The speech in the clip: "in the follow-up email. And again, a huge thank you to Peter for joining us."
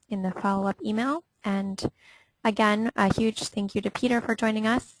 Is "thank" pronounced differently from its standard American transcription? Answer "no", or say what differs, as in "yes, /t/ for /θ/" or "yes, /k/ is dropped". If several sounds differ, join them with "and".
no